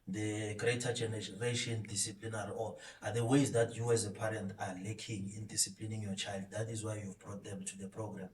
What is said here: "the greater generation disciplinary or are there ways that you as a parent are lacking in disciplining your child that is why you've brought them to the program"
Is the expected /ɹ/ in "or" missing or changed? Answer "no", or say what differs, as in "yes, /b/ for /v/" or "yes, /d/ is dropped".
yes, /l/ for /ɹ/